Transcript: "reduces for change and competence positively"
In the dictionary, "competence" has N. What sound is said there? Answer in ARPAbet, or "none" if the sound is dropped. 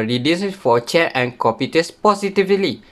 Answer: none